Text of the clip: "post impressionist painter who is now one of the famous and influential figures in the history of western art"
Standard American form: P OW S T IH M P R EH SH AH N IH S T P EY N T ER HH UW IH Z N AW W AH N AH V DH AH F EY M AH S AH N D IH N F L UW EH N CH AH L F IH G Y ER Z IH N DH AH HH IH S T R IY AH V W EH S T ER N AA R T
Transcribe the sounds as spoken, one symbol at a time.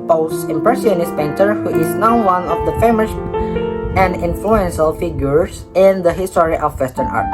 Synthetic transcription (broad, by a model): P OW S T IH M P R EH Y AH N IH S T P EY N T ER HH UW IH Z N AW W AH N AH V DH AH F EY M AH S AH N D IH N F L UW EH N SH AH L F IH G Y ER S IH N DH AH HH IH S T R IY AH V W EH S T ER N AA R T